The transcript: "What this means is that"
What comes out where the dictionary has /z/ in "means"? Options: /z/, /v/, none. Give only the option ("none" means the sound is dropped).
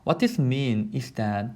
none